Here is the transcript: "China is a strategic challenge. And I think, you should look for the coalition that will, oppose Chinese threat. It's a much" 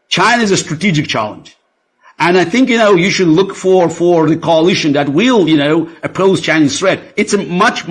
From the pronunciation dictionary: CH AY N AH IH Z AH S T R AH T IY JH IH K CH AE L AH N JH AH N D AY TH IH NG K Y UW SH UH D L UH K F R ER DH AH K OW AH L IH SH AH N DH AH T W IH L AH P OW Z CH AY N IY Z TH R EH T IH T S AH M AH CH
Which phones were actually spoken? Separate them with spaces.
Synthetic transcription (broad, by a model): CH AY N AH IH Z AH S T R AH T IY JH IH K CH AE L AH N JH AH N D AY TH IH NG K Y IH SH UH D L UH K F R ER DH AH K OW AH L IH SH AH N DH AH T W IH L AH P OW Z CH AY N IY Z TH R EH T IH T S AH M AH CH